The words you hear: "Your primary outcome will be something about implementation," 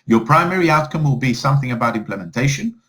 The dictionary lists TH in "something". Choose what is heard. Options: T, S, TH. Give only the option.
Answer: TH